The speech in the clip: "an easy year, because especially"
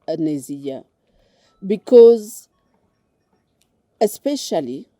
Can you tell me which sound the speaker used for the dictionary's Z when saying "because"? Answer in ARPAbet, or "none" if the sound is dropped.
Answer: Z